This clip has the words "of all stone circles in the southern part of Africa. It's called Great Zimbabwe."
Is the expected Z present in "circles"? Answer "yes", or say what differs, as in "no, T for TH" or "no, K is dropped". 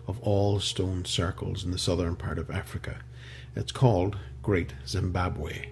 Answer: yes